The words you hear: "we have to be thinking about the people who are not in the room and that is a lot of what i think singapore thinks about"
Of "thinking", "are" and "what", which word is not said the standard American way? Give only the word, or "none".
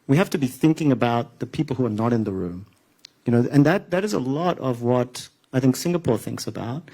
none